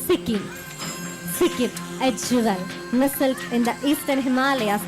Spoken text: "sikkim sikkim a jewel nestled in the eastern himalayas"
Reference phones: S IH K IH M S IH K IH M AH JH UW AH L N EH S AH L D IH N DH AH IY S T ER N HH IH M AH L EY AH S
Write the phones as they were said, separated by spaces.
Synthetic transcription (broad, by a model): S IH K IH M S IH K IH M AH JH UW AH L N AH S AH L IH N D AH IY S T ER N HH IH M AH L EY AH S